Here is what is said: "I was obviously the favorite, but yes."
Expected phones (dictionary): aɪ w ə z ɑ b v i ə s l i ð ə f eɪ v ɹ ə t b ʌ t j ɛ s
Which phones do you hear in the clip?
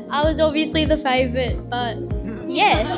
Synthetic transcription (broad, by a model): aɪ w ə z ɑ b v i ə s l i ð ə f eɪ v ɹ ə t b ʌ t j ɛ s